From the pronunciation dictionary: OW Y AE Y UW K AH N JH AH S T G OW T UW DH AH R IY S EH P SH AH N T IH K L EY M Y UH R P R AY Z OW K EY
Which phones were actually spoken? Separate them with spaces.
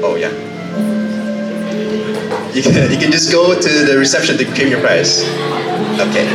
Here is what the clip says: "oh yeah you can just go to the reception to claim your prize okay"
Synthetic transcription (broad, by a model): OW Y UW Y UW K AH N JH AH S G OW T UW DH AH R IY S EH P SH AH N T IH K EY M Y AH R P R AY S OW K EY